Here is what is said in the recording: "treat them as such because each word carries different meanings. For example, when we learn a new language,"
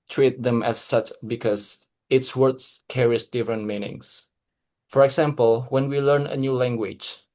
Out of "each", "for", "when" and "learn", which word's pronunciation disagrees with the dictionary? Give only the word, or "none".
each